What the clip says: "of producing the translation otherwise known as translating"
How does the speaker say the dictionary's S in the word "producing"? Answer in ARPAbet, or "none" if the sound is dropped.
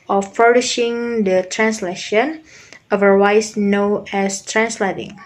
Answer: SH